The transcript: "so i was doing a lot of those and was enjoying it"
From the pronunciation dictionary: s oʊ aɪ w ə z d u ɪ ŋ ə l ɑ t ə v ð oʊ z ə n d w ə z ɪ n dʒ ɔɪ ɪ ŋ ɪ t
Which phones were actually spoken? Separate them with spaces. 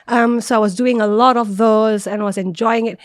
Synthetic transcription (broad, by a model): s oʊ aɪ w ə z d u ɪ ŋ ə l ɑ t ə v ð oʊ z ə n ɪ w ə z ɪ n dʒ ɔɪ ɪ ŋ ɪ t